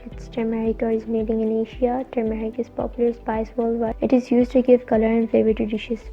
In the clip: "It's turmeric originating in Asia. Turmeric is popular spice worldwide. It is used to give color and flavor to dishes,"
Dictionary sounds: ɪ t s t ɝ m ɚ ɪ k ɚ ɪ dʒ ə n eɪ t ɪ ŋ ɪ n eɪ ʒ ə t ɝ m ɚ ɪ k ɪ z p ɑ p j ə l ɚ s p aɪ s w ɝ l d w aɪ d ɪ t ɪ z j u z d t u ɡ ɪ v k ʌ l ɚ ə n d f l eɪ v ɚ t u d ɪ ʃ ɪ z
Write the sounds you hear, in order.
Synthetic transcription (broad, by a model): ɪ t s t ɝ m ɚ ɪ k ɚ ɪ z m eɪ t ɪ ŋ ɪ n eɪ ʃ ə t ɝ m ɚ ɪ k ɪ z p ɑ p j ə l ɚ s p aɪ s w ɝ l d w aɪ ɪ t ɪ z j u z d t u ɡ ɪ v k ʌ l ɚ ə n f l eɪ v ɚ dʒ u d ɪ ʃ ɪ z